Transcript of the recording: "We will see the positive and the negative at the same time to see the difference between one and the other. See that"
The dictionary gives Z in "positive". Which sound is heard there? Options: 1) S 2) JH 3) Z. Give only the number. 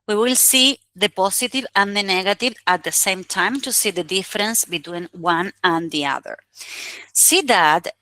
1